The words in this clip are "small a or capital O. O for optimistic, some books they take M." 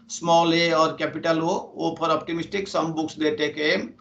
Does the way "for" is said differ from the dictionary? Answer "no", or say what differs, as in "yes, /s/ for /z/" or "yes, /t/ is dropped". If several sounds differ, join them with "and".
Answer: yes, /p/ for /f/